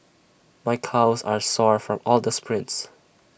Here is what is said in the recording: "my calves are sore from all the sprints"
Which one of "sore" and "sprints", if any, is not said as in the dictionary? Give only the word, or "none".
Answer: none